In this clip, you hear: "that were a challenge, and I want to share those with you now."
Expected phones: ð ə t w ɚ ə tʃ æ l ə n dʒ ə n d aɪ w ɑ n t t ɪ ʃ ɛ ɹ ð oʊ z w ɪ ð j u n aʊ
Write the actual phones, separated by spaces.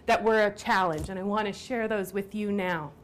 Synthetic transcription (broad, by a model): ð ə t w ɚ ə tʃ æ l ə n dʒ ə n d aɪ w ɑ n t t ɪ ʃ ɛ ɹ ð oʊ z w ɪ ð j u n aʊ